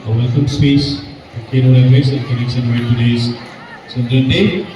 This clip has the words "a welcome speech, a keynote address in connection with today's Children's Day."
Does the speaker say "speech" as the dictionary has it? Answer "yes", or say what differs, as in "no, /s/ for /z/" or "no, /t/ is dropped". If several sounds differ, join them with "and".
no, /s/ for /tʃ/